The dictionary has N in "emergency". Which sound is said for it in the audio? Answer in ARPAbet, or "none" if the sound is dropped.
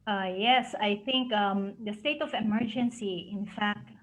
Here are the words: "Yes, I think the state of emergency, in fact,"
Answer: N